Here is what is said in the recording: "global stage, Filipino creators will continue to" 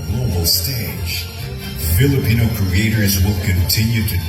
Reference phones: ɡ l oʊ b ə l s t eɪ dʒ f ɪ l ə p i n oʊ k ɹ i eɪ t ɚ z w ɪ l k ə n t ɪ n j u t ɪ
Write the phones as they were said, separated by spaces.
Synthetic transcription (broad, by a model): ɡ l oʊ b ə l s t eɪ dʒ f ɪ l ə p i n oʊ k ɹ i eɪ t ɚ z w ɪ l k ə n t ɪ n j u t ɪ